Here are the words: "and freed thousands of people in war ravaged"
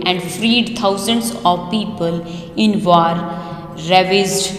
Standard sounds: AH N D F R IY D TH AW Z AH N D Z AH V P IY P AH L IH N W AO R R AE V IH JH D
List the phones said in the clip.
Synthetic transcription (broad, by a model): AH N D F R IY D T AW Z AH N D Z AH V P IY P AH L IH N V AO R R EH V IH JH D